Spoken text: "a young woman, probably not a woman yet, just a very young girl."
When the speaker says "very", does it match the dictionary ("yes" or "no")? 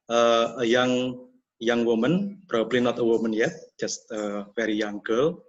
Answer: no